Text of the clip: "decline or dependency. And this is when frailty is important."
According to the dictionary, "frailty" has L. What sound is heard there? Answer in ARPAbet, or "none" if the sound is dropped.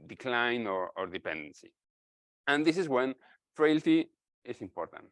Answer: L